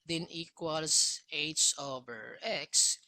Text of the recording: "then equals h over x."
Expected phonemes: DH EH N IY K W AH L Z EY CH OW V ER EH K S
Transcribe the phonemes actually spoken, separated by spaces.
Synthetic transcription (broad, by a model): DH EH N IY K W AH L S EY S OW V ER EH K S